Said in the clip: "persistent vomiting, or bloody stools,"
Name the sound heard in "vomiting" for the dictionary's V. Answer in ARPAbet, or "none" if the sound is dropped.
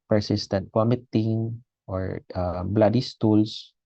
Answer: W